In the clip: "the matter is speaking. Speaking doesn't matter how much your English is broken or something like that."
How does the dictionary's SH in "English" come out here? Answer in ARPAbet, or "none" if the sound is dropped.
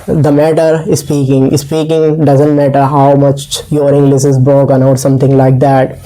S